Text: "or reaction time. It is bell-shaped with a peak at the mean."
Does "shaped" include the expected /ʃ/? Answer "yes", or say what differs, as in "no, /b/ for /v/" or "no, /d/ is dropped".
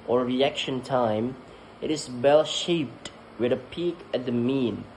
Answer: yes